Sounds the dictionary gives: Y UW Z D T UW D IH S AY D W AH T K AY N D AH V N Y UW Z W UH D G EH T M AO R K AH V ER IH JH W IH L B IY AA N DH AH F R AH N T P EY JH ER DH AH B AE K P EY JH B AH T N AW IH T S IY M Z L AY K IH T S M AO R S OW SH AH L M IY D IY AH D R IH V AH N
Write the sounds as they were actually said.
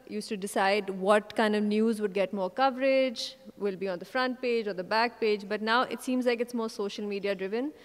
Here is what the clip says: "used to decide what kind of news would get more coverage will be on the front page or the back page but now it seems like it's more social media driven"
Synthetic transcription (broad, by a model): Y UW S T UW D IH S AY D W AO T K AY N D AH V N Y UW Z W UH D G EH T M AO R K AH V ER IH JH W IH L B IY AA N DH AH F R AH N T P EY JH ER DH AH B AE K P EY JH B AH T N AW IH T S IY M Z L AY K IH T S M AO R S OW SH AH L M IY D IY AH D R IH V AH N